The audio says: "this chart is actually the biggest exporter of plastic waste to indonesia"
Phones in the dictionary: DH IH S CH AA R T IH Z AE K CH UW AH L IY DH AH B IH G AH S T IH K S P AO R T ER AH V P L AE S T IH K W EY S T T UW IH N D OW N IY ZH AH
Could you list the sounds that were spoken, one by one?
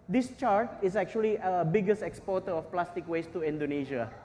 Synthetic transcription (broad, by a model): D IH S CH AA R T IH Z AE K CH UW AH L IY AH B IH G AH S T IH K S P AO T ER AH F P L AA S T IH K W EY S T T UW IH N D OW N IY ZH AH